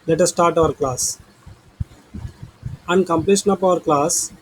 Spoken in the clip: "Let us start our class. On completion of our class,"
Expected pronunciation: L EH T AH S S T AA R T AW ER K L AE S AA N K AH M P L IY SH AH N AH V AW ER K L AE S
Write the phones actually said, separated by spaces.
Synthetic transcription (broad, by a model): L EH T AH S S T AA R T AW ER K L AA S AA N K AH M P L IY SH AH N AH P AW ER K L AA S